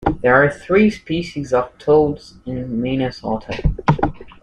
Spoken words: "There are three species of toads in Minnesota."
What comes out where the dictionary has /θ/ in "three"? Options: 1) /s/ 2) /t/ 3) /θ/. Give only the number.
3